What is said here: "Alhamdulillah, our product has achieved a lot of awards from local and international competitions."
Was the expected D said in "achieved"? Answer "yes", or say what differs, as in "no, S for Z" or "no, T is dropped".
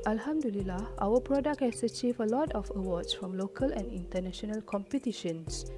no, D is dropped